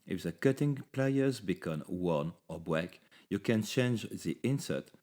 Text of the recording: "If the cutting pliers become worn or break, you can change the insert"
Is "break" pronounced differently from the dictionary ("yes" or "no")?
yes